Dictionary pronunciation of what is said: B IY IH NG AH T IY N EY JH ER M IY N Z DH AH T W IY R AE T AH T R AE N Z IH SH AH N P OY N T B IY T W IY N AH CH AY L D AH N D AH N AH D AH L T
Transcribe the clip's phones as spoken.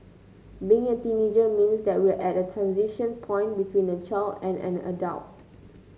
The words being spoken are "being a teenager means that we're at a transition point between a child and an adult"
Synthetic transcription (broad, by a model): B IY IH NG AH T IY N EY JH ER M IY N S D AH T W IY L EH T AH T R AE N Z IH SH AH N P OY N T B IY T W IY N AH CH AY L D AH N AH N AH D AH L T